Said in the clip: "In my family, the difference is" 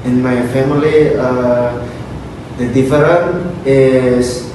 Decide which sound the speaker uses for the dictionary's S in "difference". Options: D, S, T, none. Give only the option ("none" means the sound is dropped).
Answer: none